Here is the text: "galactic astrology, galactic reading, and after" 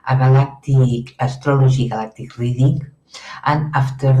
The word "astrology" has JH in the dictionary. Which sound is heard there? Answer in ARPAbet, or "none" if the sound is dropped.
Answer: ZH